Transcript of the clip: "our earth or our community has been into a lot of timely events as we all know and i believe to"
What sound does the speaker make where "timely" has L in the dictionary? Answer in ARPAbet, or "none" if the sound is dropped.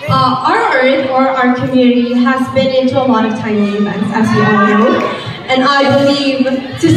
none